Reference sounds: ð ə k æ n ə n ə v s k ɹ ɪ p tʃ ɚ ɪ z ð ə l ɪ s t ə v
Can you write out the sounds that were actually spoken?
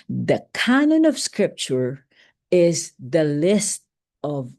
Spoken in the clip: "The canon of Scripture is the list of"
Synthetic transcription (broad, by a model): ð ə k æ n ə n ə v s k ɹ ɪ p tʃ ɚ ɪ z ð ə l ɪ s t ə v